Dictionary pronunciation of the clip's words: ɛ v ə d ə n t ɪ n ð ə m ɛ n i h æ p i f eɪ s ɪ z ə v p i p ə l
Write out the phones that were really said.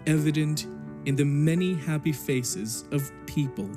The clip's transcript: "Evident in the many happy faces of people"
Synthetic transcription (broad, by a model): ɛ v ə d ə n t ɪ n ð ə m ɛ n i h æ p i f eɪ s ɪ z ə v p i p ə l